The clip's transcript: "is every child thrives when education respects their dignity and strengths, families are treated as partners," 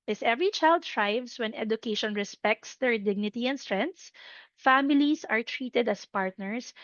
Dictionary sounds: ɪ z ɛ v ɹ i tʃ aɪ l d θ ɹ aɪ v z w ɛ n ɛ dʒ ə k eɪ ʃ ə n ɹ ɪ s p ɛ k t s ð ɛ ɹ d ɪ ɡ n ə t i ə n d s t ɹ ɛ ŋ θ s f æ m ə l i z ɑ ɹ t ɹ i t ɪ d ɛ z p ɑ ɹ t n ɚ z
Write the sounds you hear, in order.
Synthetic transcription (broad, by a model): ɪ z ɛ v ɹ i tʃ aɪ l d t ɹ aɪ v s w ɛ n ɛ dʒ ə k eɪ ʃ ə n ɹ ɪ s p ɛ k t s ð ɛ ɹ d ɪ ɡ n ə t i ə n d s t ɹ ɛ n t s f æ m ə l i s ɑ ɹ t ɹ i t ɪ d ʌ s p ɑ ɹ t n ɚ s